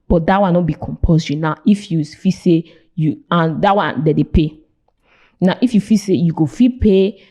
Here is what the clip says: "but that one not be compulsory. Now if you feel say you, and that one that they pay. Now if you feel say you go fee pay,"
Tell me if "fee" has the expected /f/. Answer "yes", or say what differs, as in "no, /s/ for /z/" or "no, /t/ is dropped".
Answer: yes